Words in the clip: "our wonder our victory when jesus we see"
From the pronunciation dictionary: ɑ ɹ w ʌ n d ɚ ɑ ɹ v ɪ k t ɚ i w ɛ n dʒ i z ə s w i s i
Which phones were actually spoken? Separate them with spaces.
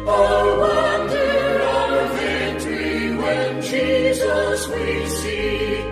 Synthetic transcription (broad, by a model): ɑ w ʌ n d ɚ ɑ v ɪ t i w ɛ n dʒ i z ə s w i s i